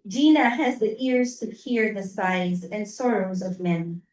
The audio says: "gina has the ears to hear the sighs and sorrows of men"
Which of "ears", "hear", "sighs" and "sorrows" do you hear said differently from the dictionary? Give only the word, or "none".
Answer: none